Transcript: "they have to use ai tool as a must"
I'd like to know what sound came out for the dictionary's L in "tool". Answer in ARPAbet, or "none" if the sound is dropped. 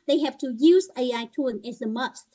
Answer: N